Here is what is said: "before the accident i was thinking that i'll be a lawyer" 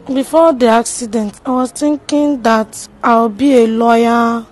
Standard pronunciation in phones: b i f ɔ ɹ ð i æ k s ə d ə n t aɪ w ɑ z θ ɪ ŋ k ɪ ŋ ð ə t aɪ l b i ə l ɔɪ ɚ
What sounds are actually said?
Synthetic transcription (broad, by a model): b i f ɔ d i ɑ k s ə d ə n t aɪ w ɑ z t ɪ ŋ k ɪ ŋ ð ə t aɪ w b i ə l ɔɪ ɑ